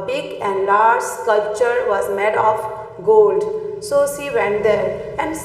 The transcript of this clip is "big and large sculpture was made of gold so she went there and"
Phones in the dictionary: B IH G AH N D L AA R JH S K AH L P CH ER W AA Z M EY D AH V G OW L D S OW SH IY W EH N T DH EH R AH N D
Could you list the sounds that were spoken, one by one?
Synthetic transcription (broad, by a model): B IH G AH N D L AA R JH K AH L CH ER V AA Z M EY D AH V G OW L D S OW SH IY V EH N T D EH R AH N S